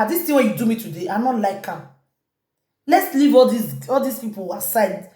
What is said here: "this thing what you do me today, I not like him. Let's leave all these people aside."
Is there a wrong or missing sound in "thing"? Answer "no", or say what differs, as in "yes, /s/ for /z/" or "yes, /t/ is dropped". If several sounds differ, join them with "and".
yes, /t/ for /θ/